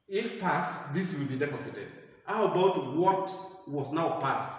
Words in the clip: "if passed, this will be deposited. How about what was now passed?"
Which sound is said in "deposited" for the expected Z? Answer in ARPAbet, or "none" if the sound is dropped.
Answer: S